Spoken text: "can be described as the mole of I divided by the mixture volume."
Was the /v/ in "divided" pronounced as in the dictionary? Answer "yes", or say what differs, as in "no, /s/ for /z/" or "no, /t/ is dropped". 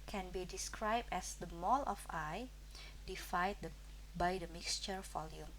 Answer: no, /f/ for /v/